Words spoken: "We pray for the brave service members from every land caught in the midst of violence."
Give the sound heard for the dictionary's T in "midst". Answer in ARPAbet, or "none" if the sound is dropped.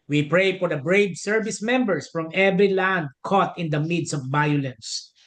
none